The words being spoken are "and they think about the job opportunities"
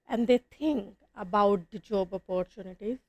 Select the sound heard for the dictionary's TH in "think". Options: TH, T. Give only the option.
T